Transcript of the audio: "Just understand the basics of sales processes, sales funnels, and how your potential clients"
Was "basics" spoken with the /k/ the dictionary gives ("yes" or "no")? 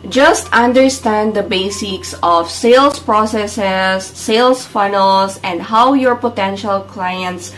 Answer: yes